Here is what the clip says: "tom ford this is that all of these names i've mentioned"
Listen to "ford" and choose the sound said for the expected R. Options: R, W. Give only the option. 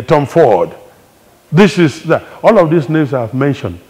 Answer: W